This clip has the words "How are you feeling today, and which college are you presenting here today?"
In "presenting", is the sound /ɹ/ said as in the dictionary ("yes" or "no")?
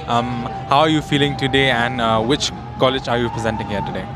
yes